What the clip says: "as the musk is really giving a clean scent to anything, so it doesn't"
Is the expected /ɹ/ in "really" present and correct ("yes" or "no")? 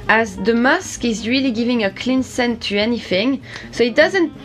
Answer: yes